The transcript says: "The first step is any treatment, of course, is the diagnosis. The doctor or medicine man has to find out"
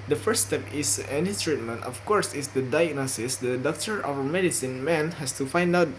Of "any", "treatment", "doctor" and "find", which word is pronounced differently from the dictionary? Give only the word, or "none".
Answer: none